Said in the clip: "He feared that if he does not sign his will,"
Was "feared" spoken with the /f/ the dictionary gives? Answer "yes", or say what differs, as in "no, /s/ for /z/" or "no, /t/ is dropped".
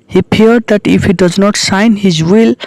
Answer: no, /p/ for /f/